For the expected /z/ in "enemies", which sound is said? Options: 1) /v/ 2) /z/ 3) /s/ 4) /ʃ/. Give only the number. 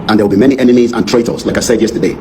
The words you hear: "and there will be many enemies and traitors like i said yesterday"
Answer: 2